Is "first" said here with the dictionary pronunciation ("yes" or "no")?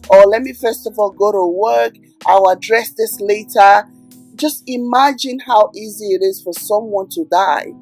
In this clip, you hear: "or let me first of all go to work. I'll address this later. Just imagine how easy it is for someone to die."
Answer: yes